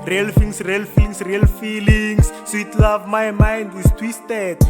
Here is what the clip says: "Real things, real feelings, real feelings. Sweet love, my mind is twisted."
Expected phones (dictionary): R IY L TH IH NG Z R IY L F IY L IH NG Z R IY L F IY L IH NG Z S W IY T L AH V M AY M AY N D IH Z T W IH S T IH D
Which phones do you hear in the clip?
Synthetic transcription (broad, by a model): R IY L F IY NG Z R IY L F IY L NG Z R IY L F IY L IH NG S S W IY T L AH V M AY M AY N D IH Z T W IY S T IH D